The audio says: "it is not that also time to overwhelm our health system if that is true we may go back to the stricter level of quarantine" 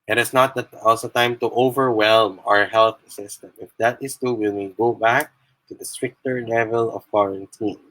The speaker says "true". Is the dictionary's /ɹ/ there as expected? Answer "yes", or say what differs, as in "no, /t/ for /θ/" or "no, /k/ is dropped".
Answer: no, /ɹ/ is dropped